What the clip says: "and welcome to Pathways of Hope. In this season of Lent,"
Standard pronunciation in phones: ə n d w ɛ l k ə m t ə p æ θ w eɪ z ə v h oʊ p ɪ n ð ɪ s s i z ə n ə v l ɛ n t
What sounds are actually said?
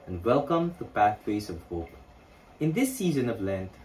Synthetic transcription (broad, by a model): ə n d w ɛ l k ə m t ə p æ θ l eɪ s ə v h oʊ p ɪ n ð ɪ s s i z ə n ə v l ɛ n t